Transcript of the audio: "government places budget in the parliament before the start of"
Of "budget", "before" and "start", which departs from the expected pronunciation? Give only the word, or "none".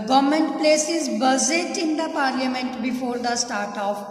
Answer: budget